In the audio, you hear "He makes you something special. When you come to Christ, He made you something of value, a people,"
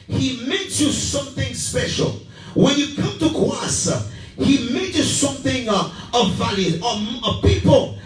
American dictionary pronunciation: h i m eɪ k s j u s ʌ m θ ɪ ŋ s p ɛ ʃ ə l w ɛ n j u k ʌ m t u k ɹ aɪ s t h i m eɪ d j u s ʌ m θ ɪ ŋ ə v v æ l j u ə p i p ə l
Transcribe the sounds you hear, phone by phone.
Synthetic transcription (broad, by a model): h i m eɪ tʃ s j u s ʌ m θ ɪ ŋ s p ɛ ʃ ə l w ɛ n j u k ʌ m t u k aɪ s h i m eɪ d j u s ʌ m θ ɪ ŋ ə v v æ l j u ə p i p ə l